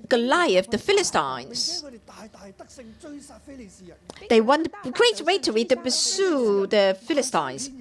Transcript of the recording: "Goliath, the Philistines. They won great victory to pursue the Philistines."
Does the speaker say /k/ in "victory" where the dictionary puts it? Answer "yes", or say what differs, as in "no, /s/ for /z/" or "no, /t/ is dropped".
no, /k/ is dropped